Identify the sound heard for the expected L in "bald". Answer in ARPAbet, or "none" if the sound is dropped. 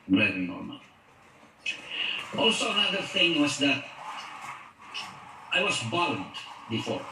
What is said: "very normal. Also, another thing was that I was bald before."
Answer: N